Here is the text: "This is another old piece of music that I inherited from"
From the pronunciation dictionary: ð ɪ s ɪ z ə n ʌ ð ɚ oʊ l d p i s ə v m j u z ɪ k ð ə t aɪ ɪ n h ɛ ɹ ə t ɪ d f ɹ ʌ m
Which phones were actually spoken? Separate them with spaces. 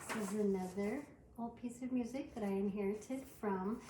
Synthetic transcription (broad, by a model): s ɪ z ə n ʌ ð ɚ oʊ l d p i s ə v m j u z ɪ k ð ə t aɪ ɪ n h ɛ ɹ ə t ɪ d f ɹ ʌ m